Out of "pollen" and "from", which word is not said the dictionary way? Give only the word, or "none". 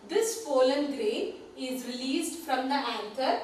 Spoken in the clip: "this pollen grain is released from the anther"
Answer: pollen